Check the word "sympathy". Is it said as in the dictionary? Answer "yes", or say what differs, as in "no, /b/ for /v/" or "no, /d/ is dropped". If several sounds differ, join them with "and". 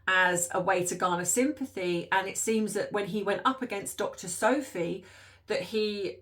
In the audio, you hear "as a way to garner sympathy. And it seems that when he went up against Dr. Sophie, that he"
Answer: yes